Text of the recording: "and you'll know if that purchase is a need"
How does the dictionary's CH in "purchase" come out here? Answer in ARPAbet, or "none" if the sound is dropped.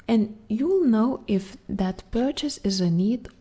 CH